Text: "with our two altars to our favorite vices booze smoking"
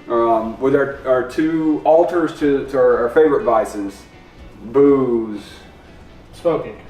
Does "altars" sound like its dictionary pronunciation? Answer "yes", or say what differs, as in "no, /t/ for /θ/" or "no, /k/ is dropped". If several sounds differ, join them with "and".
yes